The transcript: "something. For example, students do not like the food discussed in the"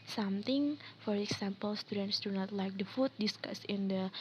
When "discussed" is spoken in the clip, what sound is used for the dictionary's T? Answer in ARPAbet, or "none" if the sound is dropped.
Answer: none